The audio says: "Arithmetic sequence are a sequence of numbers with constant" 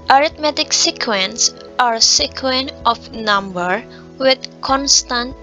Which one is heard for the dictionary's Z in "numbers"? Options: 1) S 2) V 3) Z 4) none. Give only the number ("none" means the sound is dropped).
4